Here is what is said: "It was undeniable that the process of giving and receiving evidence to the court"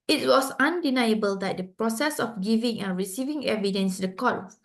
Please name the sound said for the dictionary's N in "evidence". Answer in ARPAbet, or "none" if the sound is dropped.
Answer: N